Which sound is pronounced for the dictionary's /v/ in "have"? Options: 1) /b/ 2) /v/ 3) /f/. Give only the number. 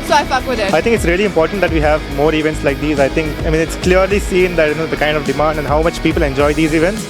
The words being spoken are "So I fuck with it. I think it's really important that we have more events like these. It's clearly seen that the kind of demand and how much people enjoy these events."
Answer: 2